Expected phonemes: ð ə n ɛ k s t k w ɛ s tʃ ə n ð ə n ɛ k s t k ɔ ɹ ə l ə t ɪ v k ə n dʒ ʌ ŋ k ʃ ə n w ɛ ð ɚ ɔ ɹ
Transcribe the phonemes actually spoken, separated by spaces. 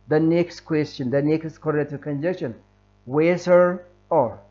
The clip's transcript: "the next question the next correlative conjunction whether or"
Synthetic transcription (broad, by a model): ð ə n ɛ k s t k w ɛ s tʃ ə n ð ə n ɛ k s t k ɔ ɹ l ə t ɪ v k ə n dʒ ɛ k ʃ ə n w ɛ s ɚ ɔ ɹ